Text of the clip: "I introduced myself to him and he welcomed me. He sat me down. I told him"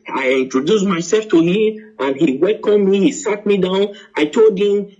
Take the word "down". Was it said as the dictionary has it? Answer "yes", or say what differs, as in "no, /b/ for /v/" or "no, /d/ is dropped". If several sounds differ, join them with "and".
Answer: yes